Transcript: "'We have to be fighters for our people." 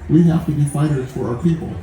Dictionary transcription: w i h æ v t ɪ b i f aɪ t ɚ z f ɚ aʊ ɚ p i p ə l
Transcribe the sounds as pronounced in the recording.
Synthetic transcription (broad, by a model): w i h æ f t ɪ b i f aɪ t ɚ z f ɚ aʊ ɚ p i p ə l